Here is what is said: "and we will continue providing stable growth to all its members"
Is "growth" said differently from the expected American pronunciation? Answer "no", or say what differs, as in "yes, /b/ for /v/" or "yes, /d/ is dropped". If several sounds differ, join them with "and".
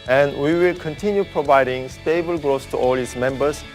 yes, /s/ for /θ/